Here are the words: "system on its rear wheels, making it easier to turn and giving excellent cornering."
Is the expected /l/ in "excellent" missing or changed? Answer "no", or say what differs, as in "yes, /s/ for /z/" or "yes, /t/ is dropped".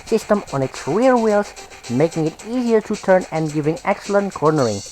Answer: no